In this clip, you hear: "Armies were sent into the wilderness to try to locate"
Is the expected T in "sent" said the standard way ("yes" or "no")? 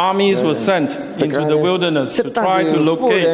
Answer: yes